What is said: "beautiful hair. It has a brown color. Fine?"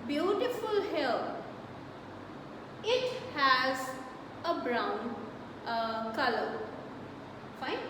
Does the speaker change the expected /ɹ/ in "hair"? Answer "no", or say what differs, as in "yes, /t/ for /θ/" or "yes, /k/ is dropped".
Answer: yes, /l/ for /ɹ/